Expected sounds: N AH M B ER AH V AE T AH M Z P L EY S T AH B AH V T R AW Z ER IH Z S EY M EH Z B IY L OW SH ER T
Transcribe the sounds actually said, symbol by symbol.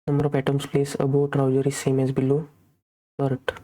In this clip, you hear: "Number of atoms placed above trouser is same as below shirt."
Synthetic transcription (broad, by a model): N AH M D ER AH P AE T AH M S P L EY S AH B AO T R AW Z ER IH S EY M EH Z B IY L OW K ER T